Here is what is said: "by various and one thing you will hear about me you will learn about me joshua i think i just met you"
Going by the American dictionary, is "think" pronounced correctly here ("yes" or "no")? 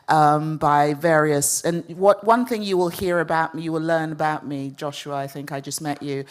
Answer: yes